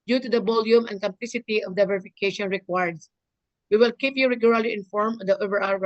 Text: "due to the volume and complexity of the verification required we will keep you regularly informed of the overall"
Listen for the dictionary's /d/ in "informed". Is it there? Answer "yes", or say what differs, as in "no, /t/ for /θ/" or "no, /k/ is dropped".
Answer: no, /d/ is dropped